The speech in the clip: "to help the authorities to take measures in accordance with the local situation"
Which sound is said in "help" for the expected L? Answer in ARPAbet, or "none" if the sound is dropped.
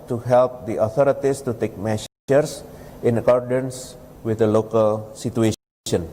L